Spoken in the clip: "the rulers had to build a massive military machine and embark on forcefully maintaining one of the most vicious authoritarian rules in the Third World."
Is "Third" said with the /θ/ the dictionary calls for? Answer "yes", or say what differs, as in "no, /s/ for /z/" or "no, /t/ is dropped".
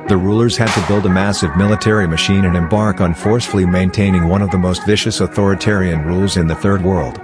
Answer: yes